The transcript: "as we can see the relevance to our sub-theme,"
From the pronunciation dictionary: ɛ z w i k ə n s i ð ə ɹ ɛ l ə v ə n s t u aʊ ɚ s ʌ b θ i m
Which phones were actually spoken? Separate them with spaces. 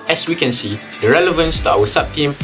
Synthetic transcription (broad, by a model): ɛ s w i k ə n s i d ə ɹ ɛ l ə v ə n s t u aʊ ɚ s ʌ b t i m